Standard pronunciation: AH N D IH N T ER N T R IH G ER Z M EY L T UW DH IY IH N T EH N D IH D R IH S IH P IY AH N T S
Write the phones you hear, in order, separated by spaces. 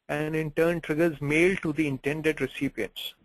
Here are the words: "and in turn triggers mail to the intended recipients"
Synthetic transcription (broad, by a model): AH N D IH N T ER N T R IH G ER Z M EY L T UW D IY IH N T EH N D IH D R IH S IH P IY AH N T S